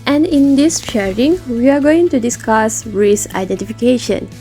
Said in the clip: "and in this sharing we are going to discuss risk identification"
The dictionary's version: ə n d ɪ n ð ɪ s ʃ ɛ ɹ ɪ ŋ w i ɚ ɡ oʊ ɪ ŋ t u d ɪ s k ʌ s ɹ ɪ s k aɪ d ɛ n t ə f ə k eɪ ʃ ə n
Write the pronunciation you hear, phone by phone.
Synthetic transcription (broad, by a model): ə n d ɪ n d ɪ s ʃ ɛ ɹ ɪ ŋ w i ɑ ɡ oʊ ɪ ŋ t u d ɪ s k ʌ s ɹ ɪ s aɪ d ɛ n t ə f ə k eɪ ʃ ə n